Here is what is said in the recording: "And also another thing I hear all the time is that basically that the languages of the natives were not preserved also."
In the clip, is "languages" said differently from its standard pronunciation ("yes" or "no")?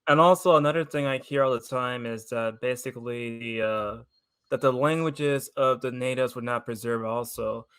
no